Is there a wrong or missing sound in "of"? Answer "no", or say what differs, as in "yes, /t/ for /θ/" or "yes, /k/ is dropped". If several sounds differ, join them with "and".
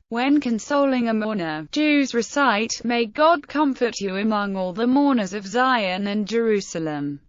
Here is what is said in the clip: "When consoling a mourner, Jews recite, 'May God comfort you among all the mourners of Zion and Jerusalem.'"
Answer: no